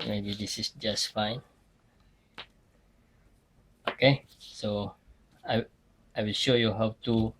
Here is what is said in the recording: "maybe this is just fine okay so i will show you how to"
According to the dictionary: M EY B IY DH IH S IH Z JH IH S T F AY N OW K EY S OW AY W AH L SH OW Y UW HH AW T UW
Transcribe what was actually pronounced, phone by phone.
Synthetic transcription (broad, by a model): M EY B IY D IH S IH S JH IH S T F AY N OW K EY S OW AY W AH L SH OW Y UW HH AW T UW